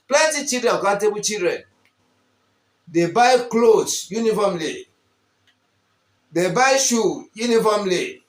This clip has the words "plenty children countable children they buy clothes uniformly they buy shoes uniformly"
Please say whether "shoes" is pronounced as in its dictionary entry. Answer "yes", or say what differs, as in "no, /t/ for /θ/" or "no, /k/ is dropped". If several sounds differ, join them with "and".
no, /z/ is dropped